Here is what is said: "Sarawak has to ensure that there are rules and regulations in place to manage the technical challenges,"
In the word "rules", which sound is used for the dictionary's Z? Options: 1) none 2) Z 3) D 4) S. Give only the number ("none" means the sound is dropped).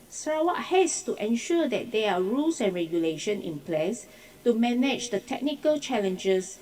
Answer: 4